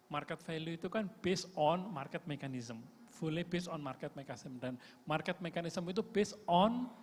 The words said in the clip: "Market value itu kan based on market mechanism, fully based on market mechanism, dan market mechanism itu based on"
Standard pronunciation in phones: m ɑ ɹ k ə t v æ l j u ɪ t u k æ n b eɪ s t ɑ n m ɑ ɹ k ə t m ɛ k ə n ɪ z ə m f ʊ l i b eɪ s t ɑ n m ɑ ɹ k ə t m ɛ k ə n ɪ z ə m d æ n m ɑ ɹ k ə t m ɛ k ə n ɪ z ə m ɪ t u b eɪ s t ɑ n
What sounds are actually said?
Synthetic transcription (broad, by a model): m ɑ ɹ k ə t f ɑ l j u ɪ t u k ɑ n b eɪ s ɑ n m ɑ ɹ k ə t m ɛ k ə n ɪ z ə m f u l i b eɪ s ɑ n m ɑ ɹ k ə t m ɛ k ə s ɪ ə m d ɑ n m ɑ ɹ k ə t m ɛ k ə n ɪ s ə m ɪ t u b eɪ s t ɑ n